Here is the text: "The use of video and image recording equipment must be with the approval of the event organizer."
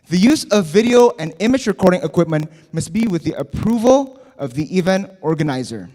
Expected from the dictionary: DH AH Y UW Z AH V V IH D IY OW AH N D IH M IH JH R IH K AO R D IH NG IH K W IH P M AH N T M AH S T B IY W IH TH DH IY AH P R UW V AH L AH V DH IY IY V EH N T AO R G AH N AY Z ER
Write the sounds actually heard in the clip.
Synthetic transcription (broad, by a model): DH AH Y UW Z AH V V IH D IY OW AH N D IH M IH JH R IH K AO R D IH NG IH K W IH P M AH N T M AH S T B IY W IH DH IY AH P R UW V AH L AH V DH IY IY V EH N T AO R G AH N AY Z ER